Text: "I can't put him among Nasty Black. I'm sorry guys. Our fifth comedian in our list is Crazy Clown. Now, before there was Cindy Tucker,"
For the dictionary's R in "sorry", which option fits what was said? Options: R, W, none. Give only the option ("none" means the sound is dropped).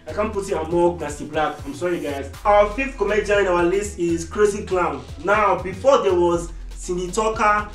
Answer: R